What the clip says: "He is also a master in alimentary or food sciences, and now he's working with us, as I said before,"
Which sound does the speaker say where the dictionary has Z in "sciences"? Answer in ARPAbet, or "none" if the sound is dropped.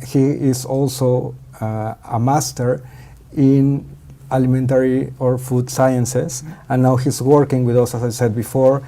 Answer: S